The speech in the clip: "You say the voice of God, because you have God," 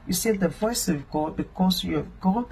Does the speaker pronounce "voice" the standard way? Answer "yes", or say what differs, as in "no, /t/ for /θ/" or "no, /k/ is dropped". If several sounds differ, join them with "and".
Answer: yes